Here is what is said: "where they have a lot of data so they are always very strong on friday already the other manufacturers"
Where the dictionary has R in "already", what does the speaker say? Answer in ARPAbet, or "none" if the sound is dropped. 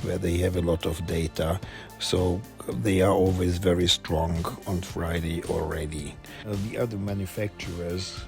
R